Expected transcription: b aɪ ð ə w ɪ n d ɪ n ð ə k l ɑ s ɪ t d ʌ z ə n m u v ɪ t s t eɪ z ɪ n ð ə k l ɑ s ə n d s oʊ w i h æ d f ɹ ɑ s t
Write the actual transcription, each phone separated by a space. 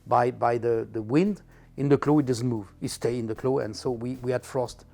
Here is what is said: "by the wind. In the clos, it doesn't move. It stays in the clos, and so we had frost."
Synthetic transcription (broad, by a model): b aɪ ð ə w ɪ n d ɪ n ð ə k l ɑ ɪ t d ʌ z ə n m u v ɪ t s t eɪ ɪ n ð ə k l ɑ ə n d s oʊ w i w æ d f ɹ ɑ s t